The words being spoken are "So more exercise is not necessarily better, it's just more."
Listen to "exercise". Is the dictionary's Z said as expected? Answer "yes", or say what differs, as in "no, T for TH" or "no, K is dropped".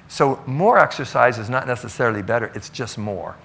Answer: yes